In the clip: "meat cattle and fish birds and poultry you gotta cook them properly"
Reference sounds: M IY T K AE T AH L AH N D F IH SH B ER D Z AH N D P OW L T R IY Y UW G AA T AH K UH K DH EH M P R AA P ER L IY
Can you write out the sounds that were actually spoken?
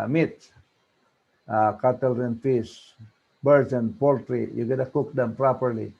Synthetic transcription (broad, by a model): M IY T K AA T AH L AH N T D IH S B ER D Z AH N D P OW L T R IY Y UW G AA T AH K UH K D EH M P R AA P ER L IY